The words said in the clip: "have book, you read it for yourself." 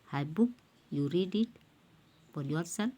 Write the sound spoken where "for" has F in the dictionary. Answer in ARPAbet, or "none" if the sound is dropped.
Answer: P